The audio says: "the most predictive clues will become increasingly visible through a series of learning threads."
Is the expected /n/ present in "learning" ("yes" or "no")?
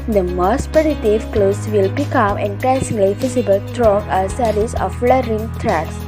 no